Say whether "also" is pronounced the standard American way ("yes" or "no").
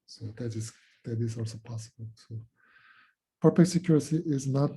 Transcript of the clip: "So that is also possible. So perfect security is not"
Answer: yes